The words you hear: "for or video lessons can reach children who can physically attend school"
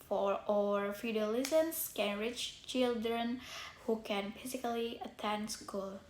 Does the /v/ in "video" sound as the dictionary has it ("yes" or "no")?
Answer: no